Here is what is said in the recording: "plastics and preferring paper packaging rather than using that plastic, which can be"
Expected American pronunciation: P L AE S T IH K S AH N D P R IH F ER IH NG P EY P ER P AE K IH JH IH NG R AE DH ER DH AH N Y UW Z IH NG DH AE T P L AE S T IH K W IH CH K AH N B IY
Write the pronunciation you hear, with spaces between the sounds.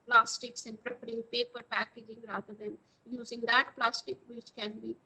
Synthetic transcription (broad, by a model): P L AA S T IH K S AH N P R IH P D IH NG P EY P ER P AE K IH JH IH NG R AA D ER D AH N Y UW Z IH NG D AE T P L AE S T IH K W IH CH K AH N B IY